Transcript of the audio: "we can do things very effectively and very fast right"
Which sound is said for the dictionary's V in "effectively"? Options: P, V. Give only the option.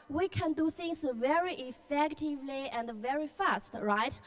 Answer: V